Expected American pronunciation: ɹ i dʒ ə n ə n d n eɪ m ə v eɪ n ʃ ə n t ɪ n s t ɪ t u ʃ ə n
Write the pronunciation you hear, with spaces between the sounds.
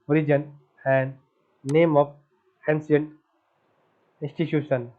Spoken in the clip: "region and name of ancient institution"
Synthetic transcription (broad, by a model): ɹ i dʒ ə n ə n d n eɪ m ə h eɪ n s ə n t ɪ n s t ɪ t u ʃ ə n